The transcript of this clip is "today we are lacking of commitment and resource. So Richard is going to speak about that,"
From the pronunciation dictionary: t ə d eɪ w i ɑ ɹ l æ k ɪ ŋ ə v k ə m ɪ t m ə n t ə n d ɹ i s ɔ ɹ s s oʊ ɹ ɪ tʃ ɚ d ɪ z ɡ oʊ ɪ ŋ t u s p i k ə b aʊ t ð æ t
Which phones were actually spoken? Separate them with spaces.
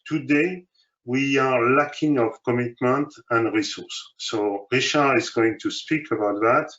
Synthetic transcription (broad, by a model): t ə d eɪ w i ɑ ɹ l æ k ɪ ŋ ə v k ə m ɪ t m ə n t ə n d ɹ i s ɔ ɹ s s oʊ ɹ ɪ ʃ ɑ ɪ z ɡ oʊ ɪ ŋ t u s p i k ə b aʊ t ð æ t